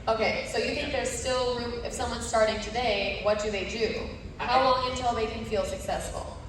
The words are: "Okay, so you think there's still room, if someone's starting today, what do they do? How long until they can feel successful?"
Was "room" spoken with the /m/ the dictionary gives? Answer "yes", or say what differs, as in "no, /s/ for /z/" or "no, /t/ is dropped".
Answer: no, /m/ is dropped